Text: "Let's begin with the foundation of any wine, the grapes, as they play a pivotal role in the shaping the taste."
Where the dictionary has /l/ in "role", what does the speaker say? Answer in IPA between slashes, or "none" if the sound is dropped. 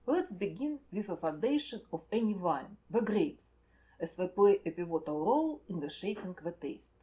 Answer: /l/